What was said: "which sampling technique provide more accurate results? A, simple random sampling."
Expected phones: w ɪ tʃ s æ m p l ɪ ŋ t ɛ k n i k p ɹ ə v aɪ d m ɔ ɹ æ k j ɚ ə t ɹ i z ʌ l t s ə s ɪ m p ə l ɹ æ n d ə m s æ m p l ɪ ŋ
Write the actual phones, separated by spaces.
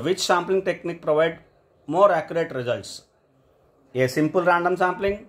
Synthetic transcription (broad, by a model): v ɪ tʃ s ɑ m p l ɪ ŋ t ɛ k n i k p ɹ ə v aɪ d m ɔ ɹ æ k j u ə t ɹ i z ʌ l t s ə s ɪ m p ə l ɹ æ n d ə m s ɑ m p l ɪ ŋ